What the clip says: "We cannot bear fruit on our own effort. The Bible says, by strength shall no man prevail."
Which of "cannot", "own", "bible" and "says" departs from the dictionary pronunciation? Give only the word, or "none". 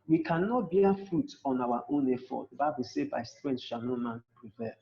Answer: says